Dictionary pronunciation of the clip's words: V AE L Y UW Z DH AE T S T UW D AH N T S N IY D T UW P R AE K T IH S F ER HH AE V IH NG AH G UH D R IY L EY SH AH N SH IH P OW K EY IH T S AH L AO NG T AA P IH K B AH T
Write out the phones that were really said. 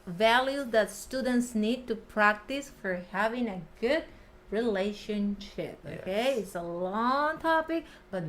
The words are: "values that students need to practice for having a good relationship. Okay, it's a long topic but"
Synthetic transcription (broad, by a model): V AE L Y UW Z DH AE T S T UW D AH N T S N IY D T UW P R AE K T IH S F ER HH AE V IH NG AH G UH D R IY L EY SH AH N SH IH P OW K EY IH T S AH L AO NG T AA P IH K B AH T